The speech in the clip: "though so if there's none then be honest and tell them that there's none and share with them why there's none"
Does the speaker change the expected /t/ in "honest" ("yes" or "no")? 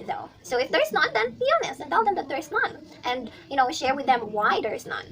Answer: yes